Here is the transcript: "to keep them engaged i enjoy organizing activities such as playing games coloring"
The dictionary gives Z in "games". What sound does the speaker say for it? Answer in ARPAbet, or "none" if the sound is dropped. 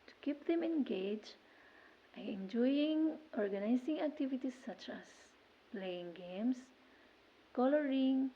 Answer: S